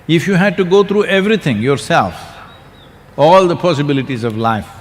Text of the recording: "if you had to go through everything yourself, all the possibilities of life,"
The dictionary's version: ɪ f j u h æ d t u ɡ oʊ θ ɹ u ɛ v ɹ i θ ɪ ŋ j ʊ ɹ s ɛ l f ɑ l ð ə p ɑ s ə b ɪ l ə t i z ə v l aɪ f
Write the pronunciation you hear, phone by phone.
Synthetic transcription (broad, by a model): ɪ f j u h æ d t u ɡ oʊ t ɹ u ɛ v ɹ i t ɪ ŋ j ʊ ɹ s ɛ l f ɑ l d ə p ɑ s ə b ɪ l ə t i z ə v l aɪ f